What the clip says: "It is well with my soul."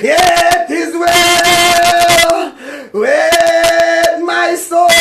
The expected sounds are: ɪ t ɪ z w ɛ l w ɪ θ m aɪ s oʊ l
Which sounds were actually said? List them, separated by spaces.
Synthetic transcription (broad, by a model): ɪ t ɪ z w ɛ w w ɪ m aɪ s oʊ